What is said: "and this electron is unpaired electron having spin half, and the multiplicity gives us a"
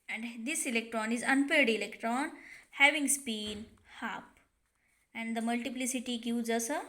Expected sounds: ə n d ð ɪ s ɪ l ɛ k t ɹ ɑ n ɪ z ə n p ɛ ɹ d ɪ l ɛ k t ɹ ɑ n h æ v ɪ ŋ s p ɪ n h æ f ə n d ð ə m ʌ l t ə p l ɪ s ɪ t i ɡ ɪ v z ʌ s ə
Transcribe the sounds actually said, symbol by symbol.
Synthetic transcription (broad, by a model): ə n d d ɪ s ɪ l ɛ k t ɹ ɑ n ɪ z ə n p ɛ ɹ d ɪ l ɛ k t ɹ ɑ n h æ v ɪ ŋ s p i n h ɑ p ə n d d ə m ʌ l t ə p l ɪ s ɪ t i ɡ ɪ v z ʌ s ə